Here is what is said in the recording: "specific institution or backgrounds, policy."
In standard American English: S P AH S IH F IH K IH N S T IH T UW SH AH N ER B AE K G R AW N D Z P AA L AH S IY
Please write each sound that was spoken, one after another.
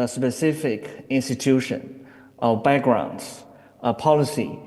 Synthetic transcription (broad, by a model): S P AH S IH F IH K IH N S T IH T UW SH AH N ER B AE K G R AW N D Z P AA L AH S IY